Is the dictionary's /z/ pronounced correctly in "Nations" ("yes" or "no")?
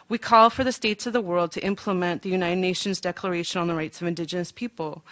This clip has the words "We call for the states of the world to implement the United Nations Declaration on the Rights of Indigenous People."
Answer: yes